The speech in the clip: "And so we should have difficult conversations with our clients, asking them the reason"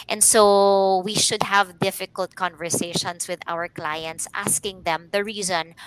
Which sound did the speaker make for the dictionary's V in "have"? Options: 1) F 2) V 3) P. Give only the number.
2